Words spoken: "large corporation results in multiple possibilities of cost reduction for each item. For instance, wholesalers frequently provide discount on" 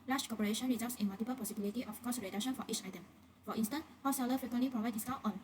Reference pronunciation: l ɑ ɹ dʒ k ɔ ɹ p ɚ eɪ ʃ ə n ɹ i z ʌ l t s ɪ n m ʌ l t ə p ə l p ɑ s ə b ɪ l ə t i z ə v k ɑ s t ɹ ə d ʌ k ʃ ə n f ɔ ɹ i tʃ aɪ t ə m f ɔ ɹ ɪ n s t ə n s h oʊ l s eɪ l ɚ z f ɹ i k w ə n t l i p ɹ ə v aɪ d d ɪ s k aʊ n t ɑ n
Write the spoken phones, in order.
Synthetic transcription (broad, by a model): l ɑ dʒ k ɔ p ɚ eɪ ʃ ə n ɹ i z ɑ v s ɪ n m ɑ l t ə p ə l p ɑ s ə b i l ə t i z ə f k ɑ s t ɹ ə d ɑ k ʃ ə n f ɔ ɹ i tʃ aɪ t ə m f ɔ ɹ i n s t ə n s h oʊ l s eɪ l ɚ f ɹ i k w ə n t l i p ɹ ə v aɪ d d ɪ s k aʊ t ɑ n